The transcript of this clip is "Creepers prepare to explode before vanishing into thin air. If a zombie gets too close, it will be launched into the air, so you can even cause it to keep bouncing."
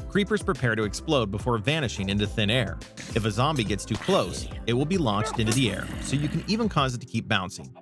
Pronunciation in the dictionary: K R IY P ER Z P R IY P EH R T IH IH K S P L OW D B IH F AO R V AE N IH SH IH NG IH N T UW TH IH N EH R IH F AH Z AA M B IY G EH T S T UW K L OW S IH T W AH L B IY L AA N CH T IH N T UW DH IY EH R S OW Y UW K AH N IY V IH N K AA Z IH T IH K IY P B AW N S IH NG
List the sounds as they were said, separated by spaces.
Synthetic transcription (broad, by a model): K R IY P ER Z P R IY P EH R T IH IH K S P L OW D B IH F AO R V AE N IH SH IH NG IH N T UW TH IH N EH R IH F AH Z AA M B IY G EH T S T UW K L OW S IH T W AH L B IY L AA N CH T IH N T UW DH IY EH R S OW Y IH K AH N IY V IH N K AA Z IH T IH K IY P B AW N S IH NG